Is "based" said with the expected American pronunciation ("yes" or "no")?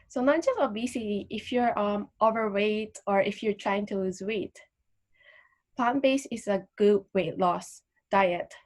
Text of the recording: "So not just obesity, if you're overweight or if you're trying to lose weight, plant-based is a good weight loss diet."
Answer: no